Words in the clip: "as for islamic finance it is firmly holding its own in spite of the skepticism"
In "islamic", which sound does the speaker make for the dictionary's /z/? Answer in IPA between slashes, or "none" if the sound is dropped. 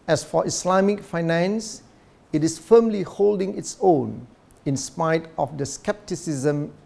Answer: /s/